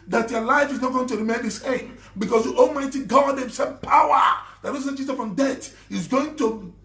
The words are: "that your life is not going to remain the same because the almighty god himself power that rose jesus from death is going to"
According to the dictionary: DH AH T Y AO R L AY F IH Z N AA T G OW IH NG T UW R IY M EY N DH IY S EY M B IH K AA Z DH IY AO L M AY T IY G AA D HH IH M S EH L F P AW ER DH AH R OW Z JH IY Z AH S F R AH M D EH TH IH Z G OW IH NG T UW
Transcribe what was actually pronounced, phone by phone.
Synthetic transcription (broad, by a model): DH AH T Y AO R L AY F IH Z N AA T G OW IH NG T UW R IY M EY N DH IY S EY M B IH K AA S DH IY AO L M AY T IY G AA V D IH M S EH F P AW ER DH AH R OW S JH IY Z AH F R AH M D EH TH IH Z G OW IH NG T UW